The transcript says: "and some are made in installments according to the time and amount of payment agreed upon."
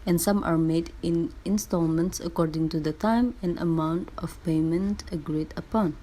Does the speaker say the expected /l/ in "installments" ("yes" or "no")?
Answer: yes